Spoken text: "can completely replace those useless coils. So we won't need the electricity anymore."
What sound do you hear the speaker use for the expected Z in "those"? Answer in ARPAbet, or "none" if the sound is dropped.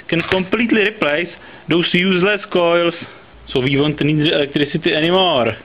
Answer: S